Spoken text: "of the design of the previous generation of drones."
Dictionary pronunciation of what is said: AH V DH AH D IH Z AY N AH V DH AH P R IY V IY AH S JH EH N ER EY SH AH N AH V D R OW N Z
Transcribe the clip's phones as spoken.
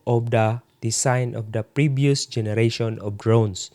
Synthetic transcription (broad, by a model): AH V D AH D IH S AY N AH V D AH P R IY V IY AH S JH EH N ER EY SH AH N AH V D R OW N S